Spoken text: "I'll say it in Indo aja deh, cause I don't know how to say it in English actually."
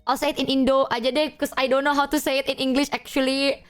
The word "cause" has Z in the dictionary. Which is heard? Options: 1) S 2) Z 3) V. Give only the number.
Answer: 1